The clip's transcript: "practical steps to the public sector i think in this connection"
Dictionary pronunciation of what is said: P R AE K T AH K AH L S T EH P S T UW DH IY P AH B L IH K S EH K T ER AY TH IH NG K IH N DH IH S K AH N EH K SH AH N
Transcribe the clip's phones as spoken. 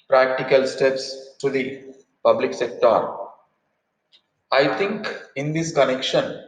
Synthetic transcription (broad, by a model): P R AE K T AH K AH L S T EH P S T UW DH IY P AH B L IH K S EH K T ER AY T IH NG K IH N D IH S K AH N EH K SH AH N